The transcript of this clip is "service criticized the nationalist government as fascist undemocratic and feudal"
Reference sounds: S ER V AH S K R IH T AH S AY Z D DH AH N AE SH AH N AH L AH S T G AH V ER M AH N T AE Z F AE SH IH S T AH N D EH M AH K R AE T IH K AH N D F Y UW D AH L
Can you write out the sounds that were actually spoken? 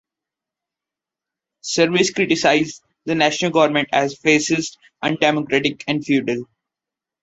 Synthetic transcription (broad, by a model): S ER V AH S K R IH T AH S AY Z D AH N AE SH AH N AH L G AH V ER M AH N T AE Z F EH S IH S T AH N D EH M AH K R AE T IH K AH N D F Y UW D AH L